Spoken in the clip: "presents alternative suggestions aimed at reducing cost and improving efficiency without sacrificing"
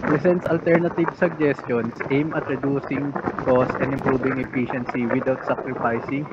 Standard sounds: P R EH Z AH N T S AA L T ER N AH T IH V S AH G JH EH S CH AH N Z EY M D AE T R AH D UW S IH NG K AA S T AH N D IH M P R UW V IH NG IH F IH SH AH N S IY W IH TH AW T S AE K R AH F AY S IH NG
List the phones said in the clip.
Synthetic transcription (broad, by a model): P R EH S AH N T S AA L T ER N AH T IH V S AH G JH EH S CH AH N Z EY M AH T R AH D UW S IH NG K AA S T AH N D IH M P R UW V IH NG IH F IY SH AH N S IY W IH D AW T S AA K R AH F AY S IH NG